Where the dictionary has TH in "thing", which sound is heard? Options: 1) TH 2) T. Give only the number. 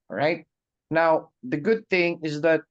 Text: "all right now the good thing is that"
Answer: 1